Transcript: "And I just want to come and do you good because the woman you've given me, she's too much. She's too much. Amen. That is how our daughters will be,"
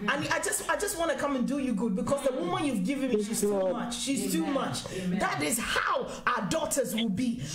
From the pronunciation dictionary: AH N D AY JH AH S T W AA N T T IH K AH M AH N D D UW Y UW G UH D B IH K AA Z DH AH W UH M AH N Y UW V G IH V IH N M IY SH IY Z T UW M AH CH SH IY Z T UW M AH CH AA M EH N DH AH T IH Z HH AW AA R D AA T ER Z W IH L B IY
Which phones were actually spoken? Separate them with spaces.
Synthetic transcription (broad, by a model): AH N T AY JH AH S T W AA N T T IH K AH M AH N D D UW Y UW G UH D B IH K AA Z DH AH W UH M AH N Y UW V G IH V IH N M IY SH IY Z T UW M AH CH SH IY Z T UW M AH CH DH AH T IH Z HH AW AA D AA T ER Z W IH L B IY